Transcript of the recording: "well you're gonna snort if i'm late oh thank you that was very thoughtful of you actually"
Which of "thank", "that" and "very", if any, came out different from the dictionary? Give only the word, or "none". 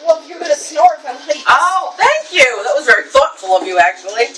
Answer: none